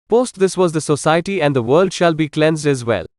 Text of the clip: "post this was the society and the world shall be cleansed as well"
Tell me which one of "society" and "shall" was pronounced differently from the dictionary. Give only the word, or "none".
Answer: none